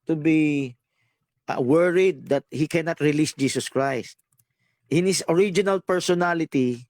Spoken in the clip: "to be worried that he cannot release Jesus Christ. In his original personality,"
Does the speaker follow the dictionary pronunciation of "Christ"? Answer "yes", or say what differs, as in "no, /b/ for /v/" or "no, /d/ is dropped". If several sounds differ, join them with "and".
yes